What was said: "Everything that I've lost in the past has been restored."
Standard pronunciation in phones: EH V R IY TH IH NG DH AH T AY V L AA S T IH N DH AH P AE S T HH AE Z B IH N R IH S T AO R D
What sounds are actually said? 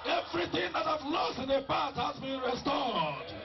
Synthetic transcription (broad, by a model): EH V R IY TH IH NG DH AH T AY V L AA S T IH N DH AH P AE T HH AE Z B IH N R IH S T AO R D